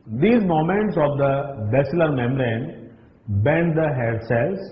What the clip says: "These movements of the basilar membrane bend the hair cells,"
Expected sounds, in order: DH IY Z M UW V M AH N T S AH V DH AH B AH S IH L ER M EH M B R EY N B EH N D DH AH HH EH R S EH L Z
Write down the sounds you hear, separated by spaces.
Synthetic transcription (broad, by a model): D IY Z M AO M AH N T S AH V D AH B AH S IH L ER M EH M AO R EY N B EH N D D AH HH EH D S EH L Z